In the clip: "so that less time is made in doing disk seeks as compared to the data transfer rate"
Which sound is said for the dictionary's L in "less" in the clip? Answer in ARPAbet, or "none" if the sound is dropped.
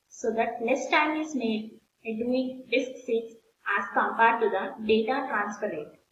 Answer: N